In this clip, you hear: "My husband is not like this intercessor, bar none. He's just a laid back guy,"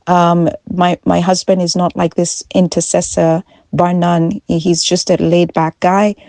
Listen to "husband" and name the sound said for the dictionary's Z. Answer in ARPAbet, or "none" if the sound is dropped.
Z